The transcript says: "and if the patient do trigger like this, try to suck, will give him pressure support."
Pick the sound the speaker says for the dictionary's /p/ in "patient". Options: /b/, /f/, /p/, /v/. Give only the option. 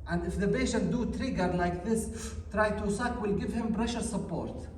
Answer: /b/